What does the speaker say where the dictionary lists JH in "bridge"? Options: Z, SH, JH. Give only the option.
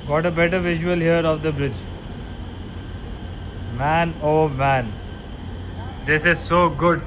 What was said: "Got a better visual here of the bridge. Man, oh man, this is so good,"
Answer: JH